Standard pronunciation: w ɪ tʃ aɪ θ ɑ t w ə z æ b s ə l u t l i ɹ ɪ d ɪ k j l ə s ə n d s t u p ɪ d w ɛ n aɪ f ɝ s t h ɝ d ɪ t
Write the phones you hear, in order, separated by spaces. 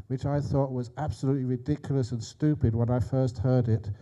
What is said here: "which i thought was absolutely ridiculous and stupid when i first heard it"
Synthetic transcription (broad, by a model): w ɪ tʃ aɪ θ ɑ t w ə z æ b s ə l u t l i ɹ ɪ d ɪ k j l ə s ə n s t u p ɪ d w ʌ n aɪ f ɝ s t h ɝ d ɪ t